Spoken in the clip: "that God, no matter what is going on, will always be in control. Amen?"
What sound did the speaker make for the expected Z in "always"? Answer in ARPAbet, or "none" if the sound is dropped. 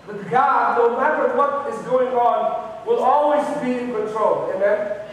Z